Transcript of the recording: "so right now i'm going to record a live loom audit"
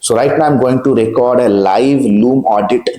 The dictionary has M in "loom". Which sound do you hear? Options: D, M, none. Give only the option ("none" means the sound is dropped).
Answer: M